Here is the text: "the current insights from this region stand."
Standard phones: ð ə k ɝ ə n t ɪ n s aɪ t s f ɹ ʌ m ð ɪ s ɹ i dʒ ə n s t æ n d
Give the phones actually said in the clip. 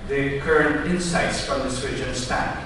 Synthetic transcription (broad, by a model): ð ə k ɝ ə n t ɪ n s aɪ t s f ɹ ʌ m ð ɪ s w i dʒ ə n s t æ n